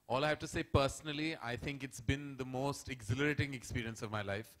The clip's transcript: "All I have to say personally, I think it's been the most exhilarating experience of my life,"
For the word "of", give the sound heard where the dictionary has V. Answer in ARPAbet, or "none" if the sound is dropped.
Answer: V